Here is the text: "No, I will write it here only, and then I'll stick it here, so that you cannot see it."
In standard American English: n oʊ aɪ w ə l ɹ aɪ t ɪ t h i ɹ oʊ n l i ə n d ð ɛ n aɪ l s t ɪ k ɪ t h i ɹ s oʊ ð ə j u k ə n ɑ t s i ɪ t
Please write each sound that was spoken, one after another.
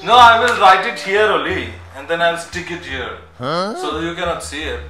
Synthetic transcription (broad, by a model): n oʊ aɪ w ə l ɹ aɪ t ɪ t h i ɹ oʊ l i ə n d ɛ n aɪ l s t ɪ k ɪ t h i ɹ s oʊ j u k ə n ɑ t s i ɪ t